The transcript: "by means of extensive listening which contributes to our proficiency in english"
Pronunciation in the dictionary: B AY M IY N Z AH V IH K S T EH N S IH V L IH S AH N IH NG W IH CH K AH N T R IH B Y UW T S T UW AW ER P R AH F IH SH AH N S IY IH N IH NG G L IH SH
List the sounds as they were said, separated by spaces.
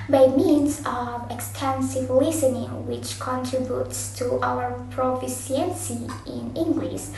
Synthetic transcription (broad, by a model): B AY M IY N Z AH V IH K S T EH N S IH V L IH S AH N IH NG W IH CH K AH N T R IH B Y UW T S T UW AW ER P R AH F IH S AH N S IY IH N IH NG G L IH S